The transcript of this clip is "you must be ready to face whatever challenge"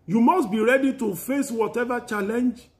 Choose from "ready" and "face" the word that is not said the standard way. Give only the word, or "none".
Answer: none